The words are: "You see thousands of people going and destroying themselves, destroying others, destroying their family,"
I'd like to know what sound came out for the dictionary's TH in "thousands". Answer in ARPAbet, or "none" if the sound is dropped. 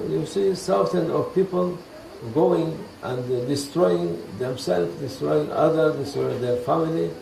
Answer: S